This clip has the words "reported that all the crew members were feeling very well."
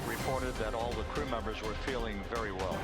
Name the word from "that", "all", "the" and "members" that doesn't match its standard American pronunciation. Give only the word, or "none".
none